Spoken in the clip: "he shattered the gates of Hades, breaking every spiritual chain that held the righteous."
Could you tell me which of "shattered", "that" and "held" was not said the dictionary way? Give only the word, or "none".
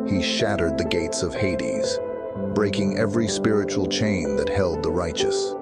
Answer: none